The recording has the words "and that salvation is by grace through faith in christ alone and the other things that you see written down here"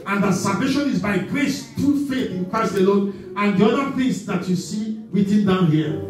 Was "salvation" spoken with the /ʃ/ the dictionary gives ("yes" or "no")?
yes